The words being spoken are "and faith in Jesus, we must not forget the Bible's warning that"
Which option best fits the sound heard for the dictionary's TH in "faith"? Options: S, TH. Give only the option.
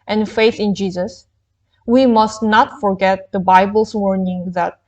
TH